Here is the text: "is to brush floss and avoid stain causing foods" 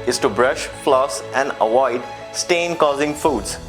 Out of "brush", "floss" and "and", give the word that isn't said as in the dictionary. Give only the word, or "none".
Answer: none